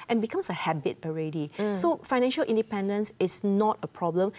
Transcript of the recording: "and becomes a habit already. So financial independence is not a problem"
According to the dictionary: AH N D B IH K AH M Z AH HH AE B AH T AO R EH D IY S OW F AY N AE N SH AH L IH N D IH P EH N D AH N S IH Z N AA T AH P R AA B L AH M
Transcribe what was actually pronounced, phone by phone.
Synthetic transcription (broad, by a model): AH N B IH K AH M S AH HH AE B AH T AO R EH D IY S OW F AY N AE N SH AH L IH N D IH P EH N D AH N S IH S N AA T AH P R AA B L AH M